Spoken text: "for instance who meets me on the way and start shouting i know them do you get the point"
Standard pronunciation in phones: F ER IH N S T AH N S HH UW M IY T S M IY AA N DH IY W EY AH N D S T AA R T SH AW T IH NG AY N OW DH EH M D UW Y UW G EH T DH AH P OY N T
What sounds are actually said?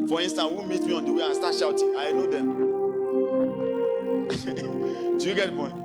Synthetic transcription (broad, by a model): F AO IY N S T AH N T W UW M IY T M IY AA N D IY W EY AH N S T AA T SH AW T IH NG AY N OW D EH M D UW Y UW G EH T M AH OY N